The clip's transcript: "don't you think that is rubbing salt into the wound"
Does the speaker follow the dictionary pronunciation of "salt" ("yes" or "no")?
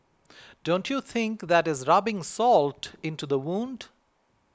yes